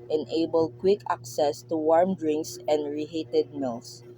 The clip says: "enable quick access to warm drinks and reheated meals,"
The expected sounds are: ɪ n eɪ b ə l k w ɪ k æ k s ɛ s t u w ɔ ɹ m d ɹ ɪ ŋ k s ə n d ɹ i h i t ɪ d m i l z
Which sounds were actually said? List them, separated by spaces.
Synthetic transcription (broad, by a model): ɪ n eɪ b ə l k w ɪ k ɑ k s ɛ s t u w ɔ ɹ m d ɹ ɪ ŋ k s ə n d ɹ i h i t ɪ d m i l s